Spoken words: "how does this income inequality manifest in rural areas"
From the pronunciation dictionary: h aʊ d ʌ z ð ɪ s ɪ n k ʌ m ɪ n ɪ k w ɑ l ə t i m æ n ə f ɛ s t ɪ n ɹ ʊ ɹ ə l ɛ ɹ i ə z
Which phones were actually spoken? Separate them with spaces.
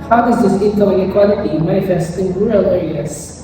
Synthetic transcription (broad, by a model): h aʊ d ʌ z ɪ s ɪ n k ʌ ɪ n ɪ k w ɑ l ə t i m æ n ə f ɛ s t ɪ n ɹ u ɹ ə l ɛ ɹ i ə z